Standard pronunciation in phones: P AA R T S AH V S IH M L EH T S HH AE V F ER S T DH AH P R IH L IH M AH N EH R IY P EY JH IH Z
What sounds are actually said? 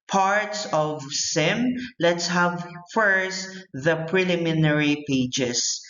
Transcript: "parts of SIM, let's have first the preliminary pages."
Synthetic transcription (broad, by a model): P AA R T S AH V S IH M L EH T S HH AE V F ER S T DH AH P R IH L IH M AH N EH R IY P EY JH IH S